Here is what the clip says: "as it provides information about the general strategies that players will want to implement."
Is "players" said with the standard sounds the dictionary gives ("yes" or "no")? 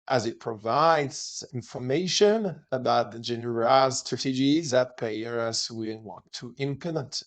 no